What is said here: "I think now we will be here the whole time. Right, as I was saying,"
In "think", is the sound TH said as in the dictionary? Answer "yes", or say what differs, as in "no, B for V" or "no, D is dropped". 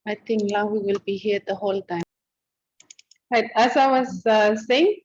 no, T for TH